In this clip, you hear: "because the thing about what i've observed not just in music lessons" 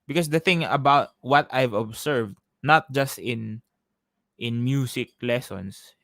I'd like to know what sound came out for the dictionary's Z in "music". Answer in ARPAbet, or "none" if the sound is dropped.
S